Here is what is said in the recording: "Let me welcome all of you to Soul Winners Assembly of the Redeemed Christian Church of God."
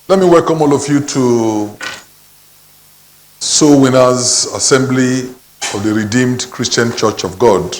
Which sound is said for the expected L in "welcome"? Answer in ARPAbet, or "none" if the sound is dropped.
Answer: L